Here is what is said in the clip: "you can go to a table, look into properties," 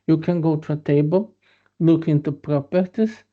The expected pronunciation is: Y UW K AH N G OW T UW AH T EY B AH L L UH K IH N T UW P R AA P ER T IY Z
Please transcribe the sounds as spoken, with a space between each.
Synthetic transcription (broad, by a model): Y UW K AH N G OW T UW AH T EY B AH L L UH K IH N T UW P R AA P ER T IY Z